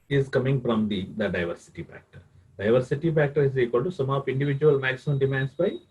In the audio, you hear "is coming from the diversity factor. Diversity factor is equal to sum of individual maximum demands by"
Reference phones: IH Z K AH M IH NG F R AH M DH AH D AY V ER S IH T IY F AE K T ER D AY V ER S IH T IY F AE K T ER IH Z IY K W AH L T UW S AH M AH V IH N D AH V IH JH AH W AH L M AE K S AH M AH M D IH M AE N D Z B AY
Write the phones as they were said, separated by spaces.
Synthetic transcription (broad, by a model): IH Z K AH M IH NG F R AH M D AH D AY V ER S IH T IY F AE K T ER D AY V ER S IH T IY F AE K T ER IH Z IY K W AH L T UW S AH M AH P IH N D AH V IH JH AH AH L M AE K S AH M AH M D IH M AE N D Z B AY